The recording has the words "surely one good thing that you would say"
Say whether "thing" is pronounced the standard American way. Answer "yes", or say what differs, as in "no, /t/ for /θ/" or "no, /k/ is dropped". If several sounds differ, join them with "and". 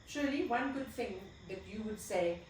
yes